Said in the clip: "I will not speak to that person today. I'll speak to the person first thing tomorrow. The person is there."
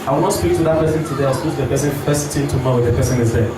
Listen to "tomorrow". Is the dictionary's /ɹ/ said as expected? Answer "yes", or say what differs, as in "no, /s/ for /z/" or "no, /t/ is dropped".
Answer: no, /w/ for /ɹ/